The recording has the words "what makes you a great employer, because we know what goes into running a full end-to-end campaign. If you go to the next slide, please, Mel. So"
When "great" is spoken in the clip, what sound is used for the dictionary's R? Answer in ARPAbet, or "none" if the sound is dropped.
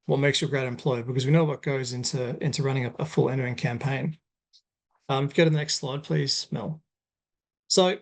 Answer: R